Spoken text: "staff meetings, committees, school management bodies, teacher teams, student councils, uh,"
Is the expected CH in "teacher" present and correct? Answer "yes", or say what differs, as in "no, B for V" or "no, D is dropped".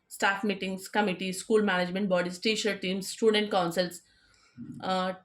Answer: no, SH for CH